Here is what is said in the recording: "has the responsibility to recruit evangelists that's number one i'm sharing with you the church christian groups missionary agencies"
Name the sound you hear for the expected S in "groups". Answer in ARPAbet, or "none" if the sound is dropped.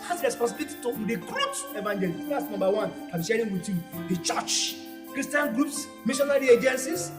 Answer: S